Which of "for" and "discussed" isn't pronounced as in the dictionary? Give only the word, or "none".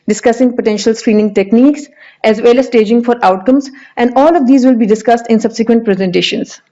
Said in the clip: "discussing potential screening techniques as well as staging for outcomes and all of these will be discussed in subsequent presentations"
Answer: none